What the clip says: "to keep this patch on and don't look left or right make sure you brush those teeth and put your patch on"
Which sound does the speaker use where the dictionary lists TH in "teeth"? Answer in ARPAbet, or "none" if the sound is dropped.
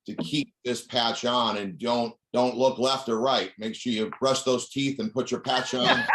TH